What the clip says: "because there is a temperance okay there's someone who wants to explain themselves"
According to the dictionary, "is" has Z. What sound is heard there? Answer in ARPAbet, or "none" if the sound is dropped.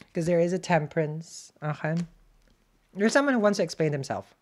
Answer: Z